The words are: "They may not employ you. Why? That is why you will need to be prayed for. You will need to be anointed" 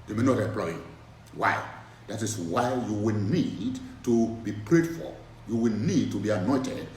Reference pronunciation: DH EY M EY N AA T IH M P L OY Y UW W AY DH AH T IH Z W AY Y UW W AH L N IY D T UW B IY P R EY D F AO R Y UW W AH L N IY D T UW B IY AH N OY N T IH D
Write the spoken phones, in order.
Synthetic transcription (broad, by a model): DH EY M EY N AA T IH M P L OY Y UW W AY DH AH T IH S W AY Y UW W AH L N IY D T UW B IY P R EY D F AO L Y UW W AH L N IY D T UW B IY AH N OY N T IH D